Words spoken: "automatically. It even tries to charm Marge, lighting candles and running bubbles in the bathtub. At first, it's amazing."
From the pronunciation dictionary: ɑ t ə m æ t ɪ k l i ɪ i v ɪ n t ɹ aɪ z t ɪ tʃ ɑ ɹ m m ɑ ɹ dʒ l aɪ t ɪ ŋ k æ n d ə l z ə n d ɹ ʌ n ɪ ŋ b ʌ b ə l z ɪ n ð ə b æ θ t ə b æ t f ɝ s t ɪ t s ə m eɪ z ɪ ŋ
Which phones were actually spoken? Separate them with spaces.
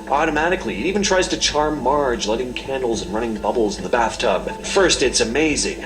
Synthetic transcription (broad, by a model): ɑ t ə m æ t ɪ k l i i v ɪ n t ɹ aɪ z t ɪ tʃ ɑ ɹ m m ɑ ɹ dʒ l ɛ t ɪ ŋ k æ n d l z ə n ɹ ʌ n ɪ ŋ b ʌ b l z n ð ə b æ θ t ə b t f ɝ s t ɪ t s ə m eɪ z ɪ ŋ